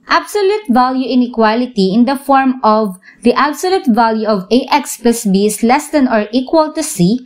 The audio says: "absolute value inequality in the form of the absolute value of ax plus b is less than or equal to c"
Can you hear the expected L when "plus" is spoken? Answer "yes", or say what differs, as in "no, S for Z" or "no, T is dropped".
no, L is dropped